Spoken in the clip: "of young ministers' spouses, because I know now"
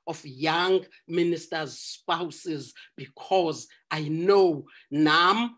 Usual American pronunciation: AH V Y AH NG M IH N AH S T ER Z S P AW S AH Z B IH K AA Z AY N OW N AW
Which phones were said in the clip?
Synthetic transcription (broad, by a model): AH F Y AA NG M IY N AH S T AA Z S P AW S AH Z B IH K AA Z AY N OW N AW